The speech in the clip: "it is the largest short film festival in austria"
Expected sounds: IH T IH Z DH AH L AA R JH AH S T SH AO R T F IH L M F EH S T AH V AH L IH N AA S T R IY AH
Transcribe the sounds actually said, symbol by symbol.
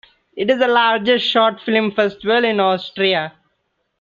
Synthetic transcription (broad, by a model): IH T IH Z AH L AA R JH AH S T SH AO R T F IH L M F EH S T AH V AH L IH N AA S T R IY AH